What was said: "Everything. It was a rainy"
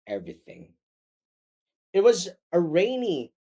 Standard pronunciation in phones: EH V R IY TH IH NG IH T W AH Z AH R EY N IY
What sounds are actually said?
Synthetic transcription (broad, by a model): EH V R IY TH IH NG IH T W AH Z AH R EY N IY